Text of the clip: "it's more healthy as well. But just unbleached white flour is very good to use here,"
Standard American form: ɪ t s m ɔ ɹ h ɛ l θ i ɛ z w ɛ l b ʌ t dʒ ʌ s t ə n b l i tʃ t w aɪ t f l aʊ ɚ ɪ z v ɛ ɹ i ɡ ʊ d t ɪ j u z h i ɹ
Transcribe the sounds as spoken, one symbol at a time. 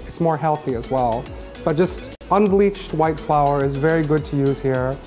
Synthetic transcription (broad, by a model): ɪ t s m ɔ ɹ h ɛ l θ i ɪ z w ɛ l b ʌ t dʒ ʌ s t ə n b l i tʃ t w aɪ t f l aʊ ɚ ɪ z v ɛ ɹ i ɡ ʊ d t ɪ j u z h i ɹ